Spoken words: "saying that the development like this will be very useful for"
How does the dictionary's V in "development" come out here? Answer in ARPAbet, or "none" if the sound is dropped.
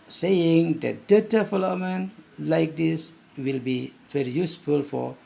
F